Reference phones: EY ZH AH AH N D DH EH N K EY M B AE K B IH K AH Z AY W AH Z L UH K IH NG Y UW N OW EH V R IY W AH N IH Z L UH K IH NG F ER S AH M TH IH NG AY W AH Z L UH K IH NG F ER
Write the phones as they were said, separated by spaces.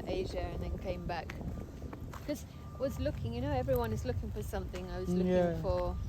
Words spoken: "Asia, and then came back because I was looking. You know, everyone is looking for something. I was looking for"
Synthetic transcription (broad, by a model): EY ZH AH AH N DH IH N K EY M B AE K K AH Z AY W AH Z L UH K IH NG Y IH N OW EH V R IY W AH N IH Z L UH K IH NG F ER S AH M TH IH NG AY W AH Z L UH K IH NG F ER